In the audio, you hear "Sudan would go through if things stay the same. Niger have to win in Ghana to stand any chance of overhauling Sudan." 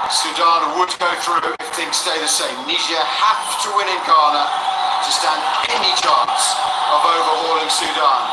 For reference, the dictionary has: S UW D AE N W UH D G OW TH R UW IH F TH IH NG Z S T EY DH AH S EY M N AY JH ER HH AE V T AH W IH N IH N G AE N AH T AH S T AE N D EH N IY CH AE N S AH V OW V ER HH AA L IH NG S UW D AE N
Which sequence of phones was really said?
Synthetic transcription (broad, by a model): S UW D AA N W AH D G OW TH R UW IH F TH IH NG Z S T EY DH AH S EY M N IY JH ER HH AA F T AH W IH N IH N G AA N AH T AH S T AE N D EH N IY CH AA N S AH V OW V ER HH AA L IH NG S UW D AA N